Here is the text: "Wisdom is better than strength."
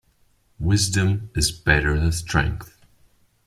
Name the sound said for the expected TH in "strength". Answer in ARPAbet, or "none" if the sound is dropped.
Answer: TH